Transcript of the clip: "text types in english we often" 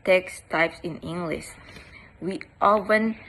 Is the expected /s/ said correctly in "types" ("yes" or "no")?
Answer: yes